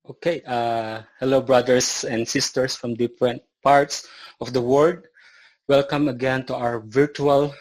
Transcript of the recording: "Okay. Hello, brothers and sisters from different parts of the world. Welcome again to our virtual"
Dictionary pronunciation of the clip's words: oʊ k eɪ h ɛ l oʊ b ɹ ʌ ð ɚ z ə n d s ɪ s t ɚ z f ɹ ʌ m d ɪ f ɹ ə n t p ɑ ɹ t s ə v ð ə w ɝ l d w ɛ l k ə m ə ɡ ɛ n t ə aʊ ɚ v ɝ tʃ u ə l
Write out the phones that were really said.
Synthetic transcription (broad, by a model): oʊ k eɪ h ɛ l oʊ b ɹ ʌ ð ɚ s ə n d s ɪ s t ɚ s f ɹ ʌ m d ɪ f ɹ ə n t p ɑ ɹ t s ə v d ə w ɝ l d w ɛ l k ə m ə ɡ ɛ n t ə aʊ ɚ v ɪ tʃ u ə l